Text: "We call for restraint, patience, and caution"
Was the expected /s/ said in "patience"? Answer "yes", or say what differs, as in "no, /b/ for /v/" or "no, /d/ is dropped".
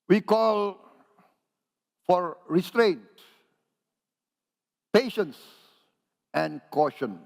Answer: yes